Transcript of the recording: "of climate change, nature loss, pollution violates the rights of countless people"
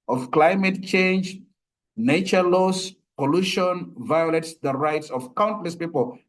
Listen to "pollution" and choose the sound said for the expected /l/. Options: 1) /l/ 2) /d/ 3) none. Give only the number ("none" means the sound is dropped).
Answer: 1